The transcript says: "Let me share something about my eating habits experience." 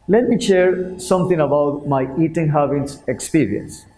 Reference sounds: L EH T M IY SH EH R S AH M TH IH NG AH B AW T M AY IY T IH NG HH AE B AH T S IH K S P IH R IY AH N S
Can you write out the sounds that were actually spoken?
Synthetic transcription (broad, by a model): L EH T M IY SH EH R S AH M T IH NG AH B AW T M AY IY T IH NG HH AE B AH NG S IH K S P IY R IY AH N S